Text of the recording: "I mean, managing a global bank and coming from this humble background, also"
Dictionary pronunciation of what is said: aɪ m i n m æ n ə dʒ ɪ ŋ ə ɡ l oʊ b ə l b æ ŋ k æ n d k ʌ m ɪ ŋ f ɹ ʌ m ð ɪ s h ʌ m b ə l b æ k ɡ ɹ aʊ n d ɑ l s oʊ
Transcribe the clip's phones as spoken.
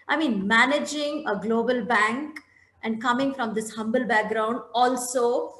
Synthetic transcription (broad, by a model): aɪ m i n m æ n ə dʒ ɪ ŋ ə ɡ l oʊ b ə l b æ ŋ k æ n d k ʌ m ɪ ŋ f ɹ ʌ m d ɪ s h ʌ m b ə l b æ k ɡ ɹ aʊ n d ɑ l s oʊ